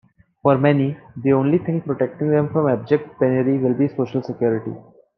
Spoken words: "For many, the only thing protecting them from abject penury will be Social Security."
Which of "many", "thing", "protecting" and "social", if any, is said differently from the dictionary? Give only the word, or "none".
thing